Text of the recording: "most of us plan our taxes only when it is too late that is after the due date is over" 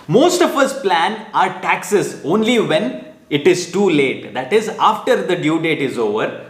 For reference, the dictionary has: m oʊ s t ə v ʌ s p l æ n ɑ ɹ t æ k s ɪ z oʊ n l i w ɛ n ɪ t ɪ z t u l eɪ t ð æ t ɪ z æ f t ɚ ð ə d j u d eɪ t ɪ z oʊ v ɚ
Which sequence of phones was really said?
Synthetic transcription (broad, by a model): m oʊ s t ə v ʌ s p l æ n ɑ ɹ t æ k s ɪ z oʊ n l i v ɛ n ɪ t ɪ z t u l eɪ t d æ t ɪ z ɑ f t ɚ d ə d j u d eɪ t ɪ z oʊ v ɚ